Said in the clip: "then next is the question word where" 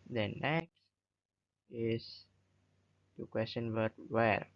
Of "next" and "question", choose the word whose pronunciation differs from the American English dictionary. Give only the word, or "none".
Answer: none